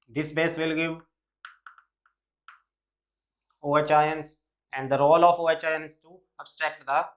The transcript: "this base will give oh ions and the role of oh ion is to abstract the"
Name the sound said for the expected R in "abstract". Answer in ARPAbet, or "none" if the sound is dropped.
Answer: R